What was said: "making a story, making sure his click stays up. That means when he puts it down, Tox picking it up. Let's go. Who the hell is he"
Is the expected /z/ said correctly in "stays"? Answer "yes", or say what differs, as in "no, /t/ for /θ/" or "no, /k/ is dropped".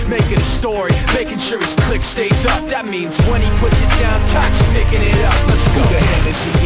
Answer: no, /z/ is dropped